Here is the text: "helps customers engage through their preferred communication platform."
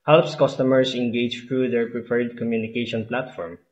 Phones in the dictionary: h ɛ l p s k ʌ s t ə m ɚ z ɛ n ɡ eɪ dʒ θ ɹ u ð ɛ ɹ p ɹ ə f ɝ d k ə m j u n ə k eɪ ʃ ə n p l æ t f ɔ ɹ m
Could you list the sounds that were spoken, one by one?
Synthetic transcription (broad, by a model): h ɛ l p s k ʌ s t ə m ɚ s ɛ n ɡ eɪ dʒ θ ɹ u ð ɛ ɹ p ɹ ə p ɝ d k ə m j u n ə k eɪ ʃ ə n p l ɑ t f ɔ ɹ m